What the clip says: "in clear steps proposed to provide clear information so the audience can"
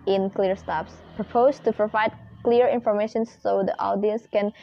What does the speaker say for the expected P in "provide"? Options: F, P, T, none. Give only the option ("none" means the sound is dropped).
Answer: P